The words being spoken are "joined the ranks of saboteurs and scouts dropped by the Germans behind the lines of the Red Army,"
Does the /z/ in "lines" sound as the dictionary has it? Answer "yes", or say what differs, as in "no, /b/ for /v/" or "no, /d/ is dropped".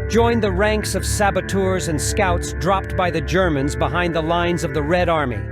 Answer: yes